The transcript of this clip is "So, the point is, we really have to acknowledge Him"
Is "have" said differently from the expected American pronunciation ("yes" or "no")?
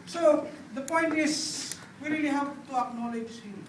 yes